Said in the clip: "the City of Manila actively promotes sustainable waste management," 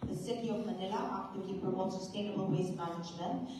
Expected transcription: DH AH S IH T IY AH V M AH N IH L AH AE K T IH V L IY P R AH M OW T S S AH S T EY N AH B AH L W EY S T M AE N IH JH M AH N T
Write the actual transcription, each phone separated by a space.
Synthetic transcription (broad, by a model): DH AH S IH T IY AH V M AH N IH L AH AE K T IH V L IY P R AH OW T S S AH S T EY N AH B AH L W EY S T M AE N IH JH M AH N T